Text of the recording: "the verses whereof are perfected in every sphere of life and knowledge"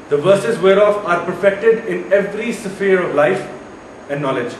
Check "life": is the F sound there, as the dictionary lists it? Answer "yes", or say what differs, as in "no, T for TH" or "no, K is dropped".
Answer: yes